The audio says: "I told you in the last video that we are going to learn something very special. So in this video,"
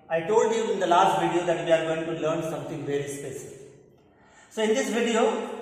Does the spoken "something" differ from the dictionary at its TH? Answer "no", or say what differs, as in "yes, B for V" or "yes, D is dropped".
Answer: yes, T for TH